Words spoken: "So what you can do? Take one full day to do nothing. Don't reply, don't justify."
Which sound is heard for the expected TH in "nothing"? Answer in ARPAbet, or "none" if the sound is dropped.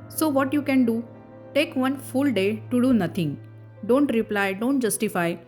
T